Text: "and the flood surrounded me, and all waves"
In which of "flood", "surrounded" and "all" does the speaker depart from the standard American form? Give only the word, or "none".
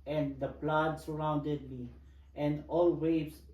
flood